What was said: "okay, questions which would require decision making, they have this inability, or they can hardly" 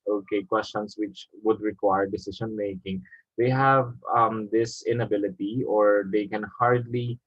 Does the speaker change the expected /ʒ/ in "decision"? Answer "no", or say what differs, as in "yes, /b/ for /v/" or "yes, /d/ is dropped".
yes, /s/ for /ʒ/